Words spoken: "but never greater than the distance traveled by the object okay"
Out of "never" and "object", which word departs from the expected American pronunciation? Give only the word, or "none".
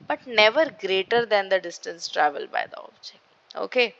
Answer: object